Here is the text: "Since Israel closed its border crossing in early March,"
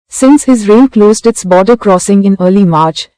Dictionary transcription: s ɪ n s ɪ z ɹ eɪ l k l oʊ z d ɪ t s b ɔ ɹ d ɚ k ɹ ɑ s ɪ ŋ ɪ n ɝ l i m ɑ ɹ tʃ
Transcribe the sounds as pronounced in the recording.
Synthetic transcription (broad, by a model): s ɪ n s ɪ z ɹ eɪ n k l oʊ z d ɪ t s b ɔ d ɚ k ɹ ɑ s ɪ ŋ ɪ n ɝ l i m ɑ ɹ tʃ